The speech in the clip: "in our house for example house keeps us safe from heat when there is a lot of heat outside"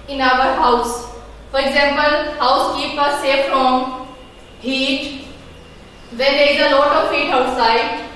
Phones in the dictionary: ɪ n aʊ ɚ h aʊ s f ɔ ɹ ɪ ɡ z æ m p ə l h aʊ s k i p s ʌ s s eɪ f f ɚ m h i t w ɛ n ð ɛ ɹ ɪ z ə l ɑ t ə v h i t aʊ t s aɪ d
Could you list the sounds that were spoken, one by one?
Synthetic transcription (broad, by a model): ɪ n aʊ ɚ h aʊ s f ɔ ɹ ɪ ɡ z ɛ m p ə l h aʊ s k i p ʌ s s eɪ f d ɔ m h i t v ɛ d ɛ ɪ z ə l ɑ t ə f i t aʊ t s aɪ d